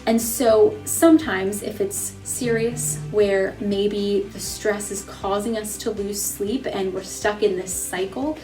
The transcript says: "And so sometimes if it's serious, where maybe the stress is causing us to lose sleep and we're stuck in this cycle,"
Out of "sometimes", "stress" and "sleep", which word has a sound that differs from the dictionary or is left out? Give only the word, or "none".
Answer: none